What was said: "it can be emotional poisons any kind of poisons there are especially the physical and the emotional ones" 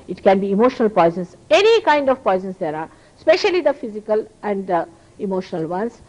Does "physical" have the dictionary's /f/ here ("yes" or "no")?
yes